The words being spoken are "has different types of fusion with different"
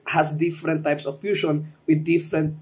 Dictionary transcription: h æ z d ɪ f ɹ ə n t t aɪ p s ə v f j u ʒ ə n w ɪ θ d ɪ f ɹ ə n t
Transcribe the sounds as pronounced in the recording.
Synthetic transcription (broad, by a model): h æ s d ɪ f ɹ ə n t t aɪ p s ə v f j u ʃ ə n w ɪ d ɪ f ɹ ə n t